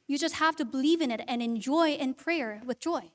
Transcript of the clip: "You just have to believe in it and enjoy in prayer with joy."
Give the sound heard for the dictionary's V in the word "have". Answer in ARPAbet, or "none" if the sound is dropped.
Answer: F